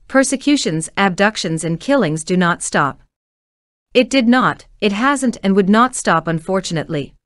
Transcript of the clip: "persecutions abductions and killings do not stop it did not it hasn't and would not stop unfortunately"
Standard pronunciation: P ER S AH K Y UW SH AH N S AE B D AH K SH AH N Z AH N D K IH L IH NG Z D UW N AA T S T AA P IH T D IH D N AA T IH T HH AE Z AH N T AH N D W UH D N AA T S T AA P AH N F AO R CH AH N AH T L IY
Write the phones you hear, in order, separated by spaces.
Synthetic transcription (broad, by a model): P ER S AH K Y UW SH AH N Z AE B D AH K SH AH N Z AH N K IH L IH NG Z D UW N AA T S T AA P IH T D IH D N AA T IH T HH AE Z AH N T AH N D W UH D N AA T S T AA P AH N F AO R CH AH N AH T L IY